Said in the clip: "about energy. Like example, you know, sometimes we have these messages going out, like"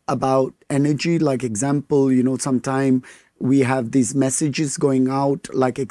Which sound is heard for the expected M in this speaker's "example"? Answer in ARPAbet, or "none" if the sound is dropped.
M